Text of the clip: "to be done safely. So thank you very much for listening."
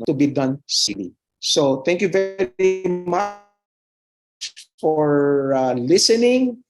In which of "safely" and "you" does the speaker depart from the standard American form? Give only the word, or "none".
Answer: safely